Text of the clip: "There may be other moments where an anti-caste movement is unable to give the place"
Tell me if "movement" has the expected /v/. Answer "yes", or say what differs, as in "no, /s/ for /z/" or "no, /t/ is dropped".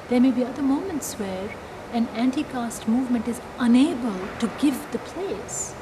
yes